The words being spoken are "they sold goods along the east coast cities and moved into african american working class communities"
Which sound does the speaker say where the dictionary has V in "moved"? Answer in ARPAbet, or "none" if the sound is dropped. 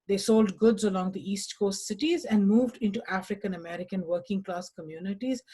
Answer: V